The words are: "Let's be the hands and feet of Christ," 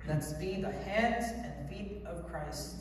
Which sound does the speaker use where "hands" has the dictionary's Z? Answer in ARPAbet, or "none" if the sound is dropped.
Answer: Z